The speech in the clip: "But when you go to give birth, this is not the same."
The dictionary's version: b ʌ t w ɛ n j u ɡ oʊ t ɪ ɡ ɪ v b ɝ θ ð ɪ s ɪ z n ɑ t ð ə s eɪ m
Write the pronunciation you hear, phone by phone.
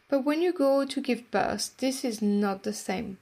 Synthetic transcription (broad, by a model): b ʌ t w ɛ n j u ɡ oʊ t ɪ ɡ ɪ v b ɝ s ð ɪ s ɪ z n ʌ t ð ə s eɪ m